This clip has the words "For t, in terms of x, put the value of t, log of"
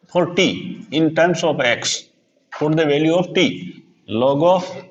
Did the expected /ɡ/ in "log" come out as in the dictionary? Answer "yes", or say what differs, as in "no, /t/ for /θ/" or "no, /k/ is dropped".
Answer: yes